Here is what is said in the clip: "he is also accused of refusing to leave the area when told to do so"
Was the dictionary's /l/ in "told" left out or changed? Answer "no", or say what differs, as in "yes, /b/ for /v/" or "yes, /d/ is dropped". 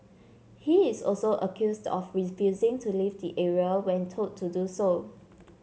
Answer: yes, /l/ is dropped